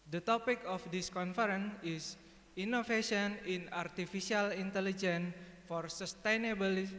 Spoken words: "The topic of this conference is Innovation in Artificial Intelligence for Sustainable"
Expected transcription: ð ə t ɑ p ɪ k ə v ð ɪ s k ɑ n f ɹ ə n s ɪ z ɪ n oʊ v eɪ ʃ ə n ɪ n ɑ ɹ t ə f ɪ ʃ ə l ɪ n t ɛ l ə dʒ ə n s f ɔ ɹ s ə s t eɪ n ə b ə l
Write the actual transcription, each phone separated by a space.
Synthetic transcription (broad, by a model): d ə t ɑ p ɪ k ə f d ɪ s k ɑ n f ɹ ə n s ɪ s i n oʊ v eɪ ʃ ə n ɪ n ɑ ɹ t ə f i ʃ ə l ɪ n t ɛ l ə dʒ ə n f ɔ ɹ s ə s t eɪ n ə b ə l